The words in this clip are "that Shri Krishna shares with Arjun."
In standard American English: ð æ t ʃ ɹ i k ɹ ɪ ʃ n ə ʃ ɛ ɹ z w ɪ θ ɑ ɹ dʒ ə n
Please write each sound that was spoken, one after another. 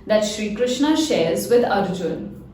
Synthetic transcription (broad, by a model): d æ t ʃ ɹ i k ɹ ɪ ʃ n ə ʃ ɛ ɹ z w ɪ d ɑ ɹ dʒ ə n